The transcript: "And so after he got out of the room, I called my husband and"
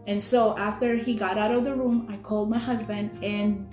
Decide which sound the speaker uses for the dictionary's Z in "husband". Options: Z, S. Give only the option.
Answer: Z